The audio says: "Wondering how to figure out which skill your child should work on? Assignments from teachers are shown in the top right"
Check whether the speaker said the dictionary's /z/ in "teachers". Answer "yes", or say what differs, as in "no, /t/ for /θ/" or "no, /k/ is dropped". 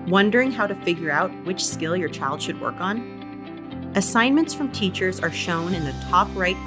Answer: yes